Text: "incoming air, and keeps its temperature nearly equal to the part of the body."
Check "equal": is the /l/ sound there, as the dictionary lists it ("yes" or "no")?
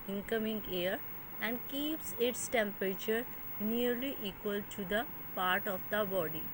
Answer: yes